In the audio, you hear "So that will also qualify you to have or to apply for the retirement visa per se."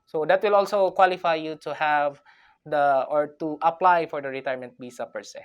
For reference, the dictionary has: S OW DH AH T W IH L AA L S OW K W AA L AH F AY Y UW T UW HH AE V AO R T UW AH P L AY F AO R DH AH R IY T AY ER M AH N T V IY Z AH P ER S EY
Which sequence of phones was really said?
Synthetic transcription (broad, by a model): S OW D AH T W IH L AA L S OW K W AA L AH F AY Y UW T UW HH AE V AO R T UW AH P L AY F AO R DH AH R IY T AY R M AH N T B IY S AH P ER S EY